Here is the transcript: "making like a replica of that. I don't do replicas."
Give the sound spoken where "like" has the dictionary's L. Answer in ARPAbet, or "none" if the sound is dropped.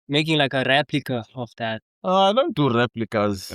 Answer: L